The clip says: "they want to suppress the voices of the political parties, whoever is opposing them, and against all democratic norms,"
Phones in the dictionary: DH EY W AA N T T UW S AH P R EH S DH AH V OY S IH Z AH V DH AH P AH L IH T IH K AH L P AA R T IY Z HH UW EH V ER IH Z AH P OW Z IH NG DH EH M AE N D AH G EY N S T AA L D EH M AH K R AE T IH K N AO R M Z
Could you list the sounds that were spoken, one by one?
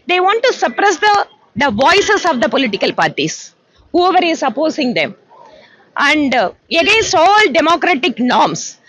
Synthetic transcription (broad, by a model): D EY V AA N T T UW S AH P R EH S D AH V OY S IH S AH V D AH P AH L IH T IH K AH L P AA R T IY S HH UW EH V ER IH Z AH P OW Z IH NG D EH M AE N D AH G EY N S T AA L D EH M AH K R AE T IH K N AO R M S